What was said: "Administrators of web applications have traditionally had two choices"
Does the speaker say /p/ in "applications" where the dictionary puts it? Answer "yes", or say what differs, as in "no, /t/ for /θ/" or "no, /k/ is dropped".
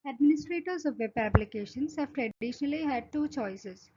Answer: no, /b/ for /p/